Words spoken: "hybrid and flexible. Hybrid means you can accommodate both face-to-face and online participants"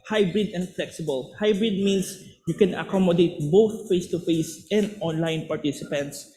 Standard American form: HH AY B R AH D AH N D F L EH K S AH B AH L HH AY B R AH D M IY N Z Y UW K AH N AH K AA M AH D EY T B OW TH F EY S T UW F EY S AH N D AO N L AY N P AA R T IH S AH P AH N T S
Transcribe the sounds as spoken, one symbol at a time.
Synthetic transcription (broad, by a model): HH AY B R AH D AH N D F L EH K S AH B AH L HH AY B R AH D M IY N S Y UW K AH N AH K AA M AH D EY T B OW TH F EY S T UW F EY S AH N D AO N L AY N P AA R T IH S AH P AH N T S